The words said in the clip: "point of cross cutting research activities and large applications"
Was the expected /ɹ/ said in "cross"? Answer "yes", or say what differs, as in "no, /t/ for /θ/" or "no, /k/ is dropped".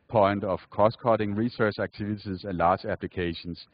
no, /ɹ/ is dropped